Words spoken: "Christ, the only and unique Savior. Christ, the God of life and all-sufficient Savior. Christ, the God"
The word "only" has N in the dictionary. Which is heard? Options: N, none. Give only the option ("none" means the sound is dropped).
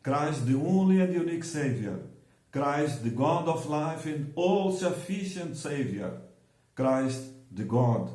N